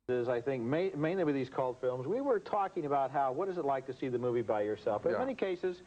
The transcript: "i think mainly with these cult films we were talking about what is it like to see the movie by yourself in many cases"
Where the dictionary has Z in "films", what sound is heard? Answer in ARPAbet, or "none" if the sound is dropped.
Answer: Z